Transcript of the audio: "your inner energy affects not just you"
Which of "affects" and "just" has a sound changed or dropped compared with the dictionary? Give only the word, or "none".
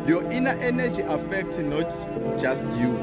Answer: affects